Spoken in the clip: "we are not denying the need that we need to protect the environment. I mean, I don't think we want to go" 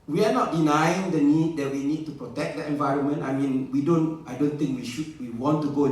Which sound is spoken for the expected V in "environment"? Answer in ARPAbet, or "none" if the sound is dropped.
V